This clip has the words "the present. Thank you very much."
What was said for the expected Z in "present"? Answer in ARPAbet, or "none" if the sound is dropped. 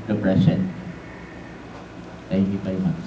S